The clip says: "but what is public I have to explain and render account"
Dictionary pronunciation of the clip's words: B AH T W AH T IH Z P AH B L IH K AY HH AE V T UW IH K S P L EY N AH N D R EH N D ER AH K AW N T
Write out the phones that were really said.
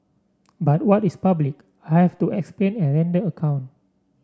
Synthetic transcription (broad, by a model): B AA T W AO T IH S P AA B L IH K AY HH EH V T UW IH K S P L EY N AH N R EH N D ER AH K AW N T